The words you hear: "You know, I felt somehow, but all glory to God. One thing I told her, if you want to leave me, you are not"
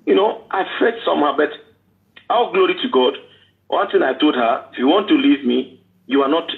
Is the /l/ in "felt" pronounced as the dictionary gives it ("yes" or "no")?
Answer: no